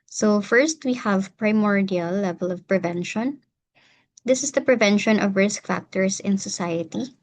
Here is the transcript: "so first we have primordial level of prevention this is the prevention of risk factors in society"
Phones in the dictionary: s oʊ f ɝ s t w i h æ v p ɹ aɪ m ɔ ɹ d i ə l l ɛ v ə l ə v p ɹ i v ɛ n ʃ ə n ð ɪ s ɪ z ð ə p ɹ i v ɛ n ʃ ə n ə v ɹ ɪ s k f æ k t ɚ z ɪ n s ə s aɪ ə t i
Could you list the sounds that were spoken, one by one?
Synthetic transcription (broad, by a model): s oʊ f ɝ s t w i h æ v p ɹ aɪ m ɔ ɹ d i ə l l ɛ v ə l ə v p ɹ i v ɛ n ʃ ə n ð ɪ s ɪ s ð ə p ɹ i v ɛ n ʃ ə n ə v ɹ ɪ s k f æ k t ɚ s ɪ n s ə s aɪ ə t i